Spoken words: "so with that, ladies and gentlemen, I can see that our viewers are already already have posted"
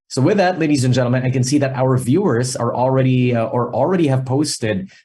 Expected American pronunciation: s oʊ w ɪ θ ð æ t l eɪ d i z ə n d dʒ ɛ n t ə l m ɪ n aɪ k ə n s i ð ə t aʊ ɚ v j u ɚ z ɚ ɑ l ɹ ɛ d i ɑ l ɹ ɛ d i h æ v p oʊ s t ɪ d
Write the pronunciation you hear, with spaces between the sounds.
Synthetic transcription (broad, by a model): s oʊ w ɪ ð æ t l eɪ d i z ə n dʒ ɛ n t l m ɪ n aɪ k ə n s i ð ə t aʊ ɚ v j u ɚ z ɚ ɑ l ɹ ɛ d i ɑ l ɹ ɛ d i h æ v p oʊ s t ɪ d